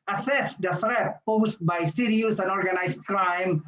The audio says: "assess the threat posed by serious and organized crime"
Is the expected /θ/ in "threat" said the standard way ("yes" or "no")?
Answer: no